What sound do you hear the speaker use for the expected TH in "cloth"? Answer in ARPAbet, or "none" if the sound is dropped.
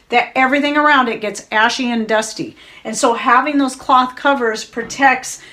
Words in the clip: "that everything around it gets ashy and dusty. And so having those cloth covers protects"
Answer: TH